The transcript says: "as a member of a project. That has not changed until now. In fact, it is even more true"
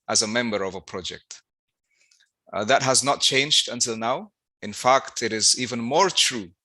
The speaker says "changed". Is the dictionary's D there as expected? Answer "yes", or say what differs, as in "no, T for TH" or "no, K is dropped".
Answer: yes